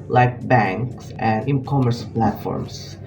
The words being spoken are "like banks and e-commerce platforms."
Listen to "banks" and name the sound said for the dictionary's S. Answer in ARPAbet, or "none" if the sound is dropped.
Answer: S